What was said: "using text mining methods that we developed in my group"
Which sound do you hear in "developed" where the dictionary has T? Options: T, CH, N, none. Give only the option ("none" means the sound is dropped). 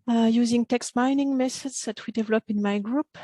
none